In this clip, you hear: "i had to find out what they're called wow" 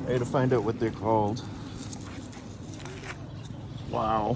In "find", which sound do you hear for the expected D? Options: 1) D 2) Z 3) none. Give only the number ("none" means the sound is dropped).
1